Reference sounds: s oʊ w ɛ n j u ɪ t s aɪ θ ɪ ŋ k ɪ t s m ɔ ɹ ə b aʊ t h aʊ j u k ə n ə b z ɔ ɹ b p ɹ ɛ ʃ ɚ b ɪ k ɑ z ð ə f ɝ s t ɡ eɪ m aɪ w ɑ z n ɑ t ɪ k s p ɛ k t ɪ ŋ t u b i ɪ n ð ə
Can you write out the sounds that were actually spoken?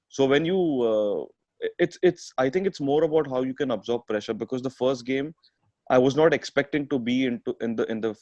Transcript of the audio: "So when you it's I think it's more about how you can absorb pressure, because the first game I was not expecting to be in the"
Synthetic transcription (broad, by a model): s oʊ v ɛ n j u ɪ t s aɪ t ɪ ŋ k ɪ t s m ɔ ɹ ə b aʊ t h aʊ j u k ə n ə b z ɔ ɹ b p ɹ ɛ ʃ ɚ b ɪ k ɑ z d ə f ɝ s t ɡ eɪ m aɪ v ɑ z n ɑ t ɪ k s p ɛ k t ɪ ŋ t u b i ɪ n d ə